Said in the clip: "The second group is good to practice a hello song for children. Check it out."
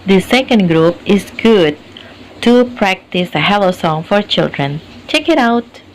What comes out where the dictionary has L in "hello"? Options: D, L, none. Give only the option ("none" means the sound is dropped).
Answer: L